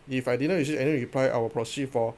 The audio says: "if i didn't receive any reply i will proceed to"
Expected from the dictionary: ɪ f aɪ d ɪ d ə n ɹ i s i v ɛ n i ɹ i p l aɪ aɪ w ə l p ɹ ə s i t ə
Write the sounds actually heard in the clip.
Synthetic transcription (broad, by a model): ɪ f aɪ d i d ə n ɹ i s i ɛ n i ɹ i p l aɪ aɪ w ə p ɹ ə s i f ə